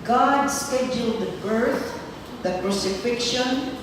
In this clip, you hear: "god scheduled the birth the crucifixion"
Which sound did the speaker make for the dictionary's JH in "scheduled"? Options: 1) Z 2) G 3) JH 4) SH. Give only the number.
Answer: 3